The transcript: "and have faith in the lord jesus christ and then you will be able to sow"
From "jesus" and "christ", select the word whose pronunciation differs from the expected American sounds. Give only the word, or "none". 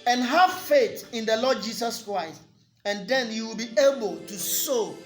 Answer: jesus